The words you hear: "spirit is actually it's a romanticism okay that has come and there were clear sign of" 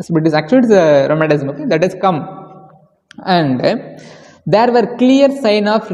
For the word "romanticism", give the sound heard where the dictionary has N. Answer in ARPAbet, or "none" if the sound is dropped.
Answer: none